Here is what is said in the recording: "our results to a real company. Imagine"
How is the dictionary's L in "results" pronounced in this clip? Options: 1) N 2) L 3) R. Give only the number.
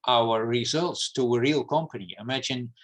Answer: 2